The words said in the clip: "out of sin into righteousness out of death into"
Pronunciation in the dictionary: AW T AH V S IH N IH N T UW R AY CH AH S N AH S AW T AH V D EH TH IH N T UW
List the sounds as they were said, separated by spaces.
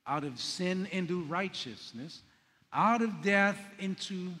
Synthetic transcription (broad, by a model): AW T AH V S IH N IH N T UW R AY CH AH S N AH S AW T AH V D EH TH IH N T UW